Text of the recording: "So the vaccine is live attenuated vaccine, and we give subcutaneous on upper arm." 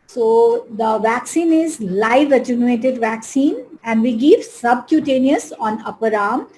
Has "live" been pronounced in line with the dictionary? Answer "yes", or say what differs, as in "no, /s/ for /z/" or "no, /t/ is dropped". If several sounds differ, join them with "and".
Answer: yes